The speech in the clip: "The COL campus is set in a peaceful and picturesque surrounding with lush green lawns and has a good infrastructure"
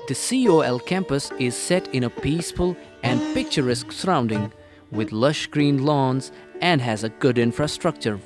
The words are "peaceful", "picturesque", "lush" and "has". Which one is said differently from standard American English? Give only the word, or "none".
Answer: none